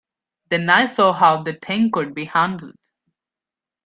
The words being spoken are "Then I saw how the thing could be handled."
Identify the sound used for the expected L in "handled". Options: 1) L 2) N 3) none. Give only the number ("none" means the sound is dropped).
1